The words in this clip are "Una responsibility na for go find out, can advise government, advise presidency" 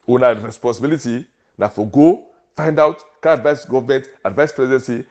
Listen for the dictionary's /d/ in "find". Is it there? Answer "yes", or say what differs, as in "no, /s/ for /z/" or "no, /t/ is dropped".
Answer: yes